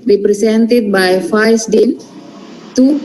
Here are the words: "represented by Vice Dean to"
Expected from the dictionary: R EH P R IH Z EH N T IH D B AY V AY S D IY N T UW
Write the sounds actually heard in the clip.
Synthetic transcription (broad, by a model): R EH P R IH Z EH N T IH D B AY F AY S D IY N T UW